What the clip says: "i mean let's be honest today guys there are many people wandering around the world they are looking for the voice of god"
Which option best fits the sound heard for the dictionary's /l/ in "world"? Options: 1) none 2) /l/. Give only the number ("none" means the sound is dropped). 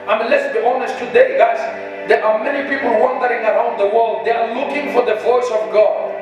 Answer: 2